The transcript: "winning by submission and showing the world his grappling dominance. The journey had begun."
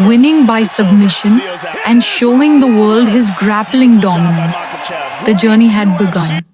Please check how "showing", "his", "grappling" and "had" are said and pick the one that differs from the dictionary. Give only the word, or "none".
none